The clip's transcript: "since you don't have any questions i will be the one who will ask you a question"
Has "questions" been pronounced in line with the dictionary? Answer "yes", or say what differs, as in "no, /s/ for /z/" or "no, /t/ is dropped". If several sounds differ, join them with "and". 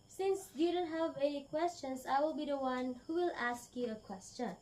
no, /s/ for /z/